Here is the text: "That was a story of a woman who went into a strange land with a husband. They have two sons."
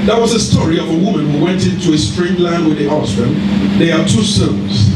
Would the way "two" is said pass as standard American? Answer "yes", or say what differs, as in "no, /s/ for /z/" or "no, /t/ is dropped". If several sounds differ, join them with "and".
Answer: yes